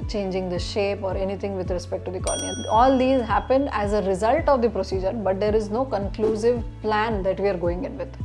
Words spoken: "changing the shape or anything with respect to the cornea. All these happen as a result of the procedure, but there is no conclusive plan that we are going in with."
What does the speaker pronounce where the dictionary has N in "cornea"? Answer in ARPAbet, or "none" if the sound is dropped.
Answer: none